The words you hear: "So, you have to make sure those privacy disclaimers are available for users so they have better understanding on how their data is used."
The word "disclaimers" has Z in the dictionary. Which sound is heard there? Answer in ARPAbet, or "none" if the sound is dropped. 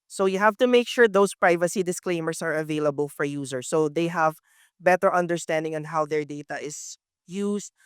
S